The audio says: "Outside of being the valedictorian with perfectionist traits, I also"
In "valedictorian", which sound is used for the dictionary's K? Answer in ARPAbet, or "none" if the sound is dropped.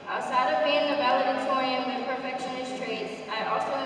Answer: none